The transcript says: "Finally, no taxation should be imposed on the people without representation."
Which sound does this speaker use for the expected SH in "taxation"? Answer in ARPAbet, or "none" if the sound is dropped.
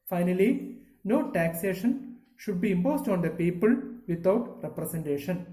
SH